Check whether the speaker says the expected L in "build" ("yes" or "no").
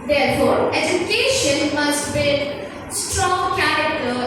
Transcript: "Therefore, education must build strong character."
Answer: no